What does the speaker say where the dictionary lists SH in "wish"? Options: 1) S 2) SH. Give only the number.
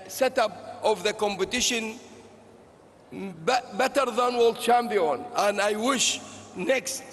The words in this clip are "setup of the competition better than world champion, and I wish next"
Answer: 2